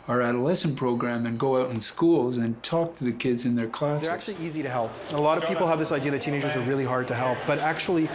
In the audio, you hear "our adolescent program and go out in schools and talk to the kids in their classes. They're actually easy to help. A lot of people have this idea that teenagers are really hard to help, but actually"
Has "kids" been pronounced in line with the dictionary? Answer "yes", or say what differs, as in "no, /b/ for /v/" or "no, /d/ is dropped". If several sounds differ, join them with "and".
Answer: yes